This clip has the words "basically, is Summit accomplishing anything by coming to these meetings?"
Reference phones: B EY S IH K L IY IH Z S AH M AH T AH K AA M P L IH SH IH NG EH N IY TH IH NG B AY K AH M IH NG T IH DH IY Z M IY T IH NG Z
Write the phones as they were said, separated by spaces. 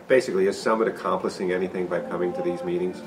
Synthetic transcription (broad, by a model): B EY S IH K L IY IH Z S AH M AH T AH K AA M P L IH S IH NG EH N IY TH IH NG B AY K AH M IH NG T IH DH IY Z M IY T IH NG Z